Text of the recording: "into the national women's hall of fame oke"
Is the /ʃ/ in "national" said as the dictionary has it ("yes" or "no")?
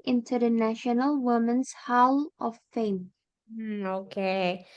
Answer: yes